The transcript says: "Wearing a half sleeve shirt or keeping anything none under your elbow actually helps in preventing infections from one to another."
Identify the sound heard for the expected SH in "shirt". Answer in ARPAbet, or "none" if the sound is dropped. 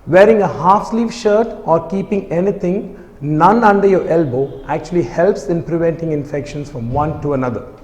SH